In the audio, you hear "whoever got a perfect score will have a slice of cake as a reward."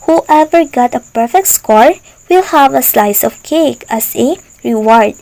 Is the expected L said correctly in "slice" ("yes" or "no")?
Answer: yes